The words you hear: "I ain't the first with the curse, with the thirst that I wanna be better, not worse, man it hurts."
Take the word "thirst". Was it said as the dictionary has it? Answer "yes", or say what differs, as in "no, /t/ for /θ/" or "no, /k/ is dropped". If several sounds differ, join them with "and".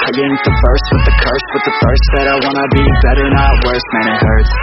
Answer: no, /f/ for /θ/